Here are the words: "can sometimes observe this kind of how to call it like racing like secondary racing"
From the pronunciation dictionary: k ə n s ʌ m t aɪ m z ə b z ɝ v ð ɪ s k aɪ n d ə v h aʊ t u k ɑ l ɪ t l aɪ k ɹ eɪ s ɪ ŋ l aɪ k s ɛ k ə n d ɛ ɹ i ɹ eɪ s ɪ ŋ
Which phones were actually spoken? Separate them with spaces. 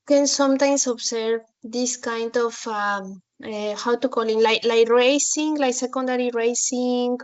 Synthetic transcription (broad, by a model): k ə n s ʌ m t aɪ m s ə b s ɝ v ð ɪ s k aɪ n d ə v h aʊ t u k ɑ l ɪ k l aɪ k ɹ eɪ s ɪ ŋ l aɪ k s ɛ k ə n d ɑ ɹ i ɹ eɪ s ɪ ŋ